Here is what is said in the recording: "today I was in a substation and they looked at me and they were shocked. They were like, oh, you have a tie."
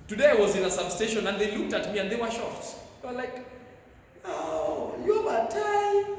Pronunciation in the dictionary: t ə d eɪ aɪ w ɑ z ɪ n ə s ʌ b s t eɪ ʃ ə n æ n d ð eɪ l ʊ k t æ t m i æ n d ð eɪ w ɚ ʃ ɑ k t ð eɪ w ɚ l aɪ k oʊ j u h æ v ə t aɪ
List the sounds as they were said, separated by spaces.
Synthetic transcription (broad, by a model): t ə d eɪ aɪ w ɑ z ɪ n ə s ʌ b s t eɪ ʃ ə n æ n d ð eɪ l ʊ k t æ t m i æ n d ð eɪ w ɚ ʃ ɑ t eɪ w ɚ l aɪ k oʊ j u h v ə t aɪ